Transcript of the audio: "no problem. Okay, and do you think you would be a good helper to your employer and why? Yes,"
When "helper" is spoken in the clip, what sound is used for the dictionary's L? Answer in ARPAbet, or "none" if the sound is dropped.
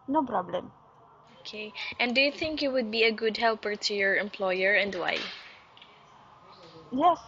L